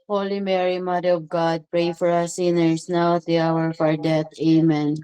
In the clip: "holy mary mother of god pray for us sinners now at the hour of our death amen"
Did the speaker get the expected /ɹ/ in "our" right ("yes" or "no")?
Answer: yes